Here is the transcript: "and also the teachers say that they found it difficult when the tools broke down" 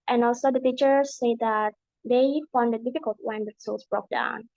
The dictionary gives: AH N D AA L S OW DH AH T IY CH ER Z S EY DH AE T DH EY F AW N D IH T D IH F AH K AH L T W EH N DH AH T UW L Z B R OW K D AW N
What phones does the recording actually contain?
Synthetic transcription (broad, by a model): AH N AA L S OW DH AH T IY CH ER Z S EY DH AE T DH EY F AW N D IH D D IH F AH K AH L T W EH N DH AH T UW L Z B R OW K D AW N